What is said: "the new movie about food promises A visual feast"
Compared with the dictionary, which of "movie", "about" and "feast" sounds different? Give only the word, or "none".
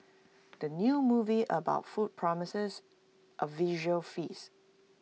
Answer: feast